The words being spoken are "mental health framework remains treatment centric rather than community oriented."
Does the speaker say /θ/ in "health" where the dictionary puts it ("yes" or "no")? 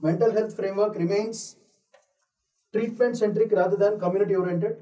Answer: no